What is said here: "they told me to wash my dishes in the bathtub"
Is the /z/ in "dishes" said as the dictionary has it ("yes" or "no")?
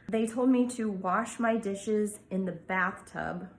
yes